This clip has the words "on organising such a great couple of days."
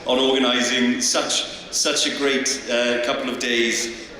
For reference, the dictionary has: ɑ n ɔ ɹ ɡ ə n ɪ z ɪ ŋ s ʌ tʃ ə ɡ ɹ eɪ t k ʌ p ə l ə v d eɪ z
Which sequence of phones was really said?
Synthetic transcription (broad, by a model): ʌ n ɔ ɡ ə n ɪ z ɪ ŋ s ʌ tʃ ə ɡ ɹ eɪ t k ʌ p ə l ə v d eɪ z